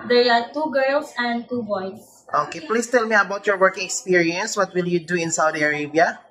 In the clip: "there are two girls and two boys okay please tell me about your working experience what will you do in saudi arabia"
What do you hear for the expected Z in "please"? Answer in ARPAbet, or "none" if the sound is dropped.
S